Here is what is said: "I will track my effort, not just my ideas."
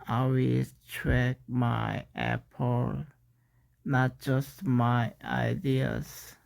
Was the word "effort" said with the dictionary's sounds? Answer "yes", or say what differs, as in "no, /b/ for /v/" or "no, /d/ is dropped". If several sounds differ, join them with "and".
no, /p/ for /f/